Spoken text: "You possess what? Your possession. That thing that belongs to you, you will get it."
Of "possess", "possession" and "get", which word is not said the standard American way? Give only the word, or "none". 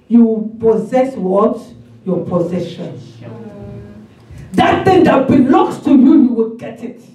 none